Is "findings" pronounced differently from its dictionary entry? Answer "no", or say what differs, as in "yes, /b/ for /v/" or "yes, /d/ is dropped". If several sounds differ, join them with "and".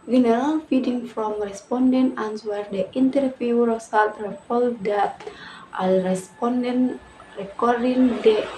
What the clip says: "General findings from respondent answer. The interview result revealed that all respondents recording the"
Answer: yes, /n/ is dropped and /z/ is dropped